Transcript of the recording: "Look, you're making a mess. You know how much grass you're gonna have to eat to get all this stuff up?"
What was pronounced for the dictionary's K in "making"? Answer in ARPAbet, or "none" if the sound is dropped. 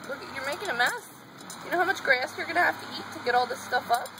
K